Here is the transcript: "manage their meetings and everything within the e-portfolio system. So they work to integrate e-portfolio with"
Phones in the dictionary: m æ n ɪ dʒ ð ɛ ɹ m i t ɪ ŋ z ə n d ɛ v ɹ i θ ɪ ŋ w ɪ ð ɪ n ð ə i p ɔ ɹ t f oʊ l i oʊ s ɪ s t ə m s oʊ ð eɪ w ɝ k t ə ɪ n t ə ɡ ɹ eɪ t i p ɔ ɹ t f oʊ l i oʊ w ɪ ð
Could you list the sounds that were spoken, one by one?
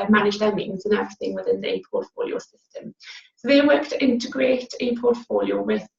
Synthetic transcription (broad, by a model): m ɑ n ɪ dʒ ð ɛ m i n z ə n ɛ v ɹ i θ ɪ ŋ w ɪ ð ɪ n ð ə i p ɔ t f oʊ l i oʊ s ɪ s t ə m s oʊ ð eɪ w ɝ k t ɪ n t ə ɡ ɹ eɪ t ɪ p ɔ t f oʊ l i oʊ w ɪ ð